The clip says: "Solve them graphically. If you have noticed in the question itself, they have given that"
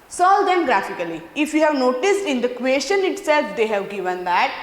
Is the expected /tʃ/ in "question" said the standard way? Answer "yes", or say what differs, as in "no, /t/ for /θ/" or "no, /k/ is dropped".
no, /ʃ/ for /tʃ/